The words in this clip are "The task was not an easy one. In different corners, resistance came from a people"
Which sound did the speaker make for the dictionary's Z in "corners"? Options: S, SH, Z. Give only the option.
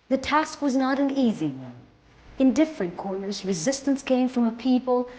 Z